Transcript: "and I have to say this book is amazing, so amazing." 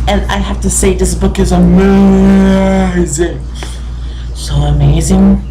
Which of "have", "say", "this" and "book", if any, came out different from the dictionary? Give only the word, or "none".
have